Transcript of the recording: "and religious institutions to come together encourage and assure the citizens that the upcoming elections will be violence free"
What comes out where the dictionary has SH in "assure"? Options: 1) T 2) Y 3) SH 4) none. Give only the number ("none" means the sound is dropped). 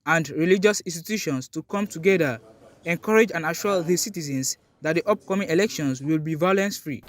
4